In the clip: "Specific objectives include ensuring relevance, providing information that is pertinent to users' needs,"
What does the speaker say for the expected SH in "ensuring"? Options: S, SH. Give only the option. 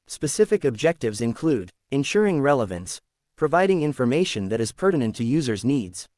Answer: SH